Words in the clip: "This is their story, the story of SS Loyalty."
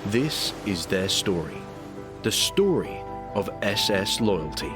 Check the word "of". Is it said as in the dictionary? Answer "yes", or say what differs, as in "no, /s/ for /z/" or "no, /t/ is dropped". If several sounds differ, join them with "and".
yes